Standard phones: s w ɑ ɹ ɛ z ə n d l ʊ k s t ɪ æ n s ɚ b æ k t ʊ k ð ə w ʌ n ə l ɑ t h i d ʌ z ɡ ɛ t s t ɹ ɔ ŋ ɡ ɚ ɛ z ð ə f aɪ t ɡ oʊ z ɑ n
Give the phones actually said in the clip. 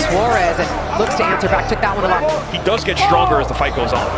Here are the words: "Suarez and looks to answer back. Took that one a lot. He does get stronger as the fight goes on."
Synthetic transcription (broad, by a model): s w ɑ ɹ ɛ z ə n l ʊ k s t ɪ æ n s ɚ b æ k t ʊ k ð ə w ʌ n ə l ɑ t h i d ʌ z ɡ ɛ t s t ɹ ɔ ŋ ɡ ɚ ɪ z ð ə f aɪ t ɡ oʊ z n